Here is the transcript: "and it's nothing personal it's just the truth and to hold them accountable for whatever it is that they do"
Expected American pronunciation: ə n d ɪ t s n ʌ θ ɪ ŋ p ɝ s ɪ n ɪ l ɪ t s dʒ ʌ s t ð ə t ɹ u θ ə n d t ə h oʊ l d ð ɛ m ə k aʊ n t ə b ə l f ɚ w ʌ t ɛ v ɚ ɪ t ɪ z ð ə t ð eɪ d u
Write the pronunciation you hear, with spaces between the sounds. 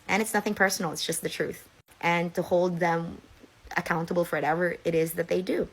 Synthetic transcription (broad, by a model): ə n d ɪ t s n ʌ θ ɪ ŋ p ɝ s n l ɪ t s dʒ ʌ s t ð ə t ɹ u θ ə n t ə h oʊ l d ð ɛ m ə k aʊ n t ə b l f ɚ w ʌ t ɛ v ɚ ɪ t ɪ z ð ə t ð eɪ d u